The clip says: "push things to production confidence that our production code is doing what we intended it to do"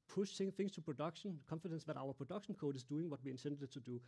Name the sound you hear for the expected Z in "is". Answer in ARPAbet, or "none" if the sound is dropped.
S